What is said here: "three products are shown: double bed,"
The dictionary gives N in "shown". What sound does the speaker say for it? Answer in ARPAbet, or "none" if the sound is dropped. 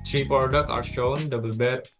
N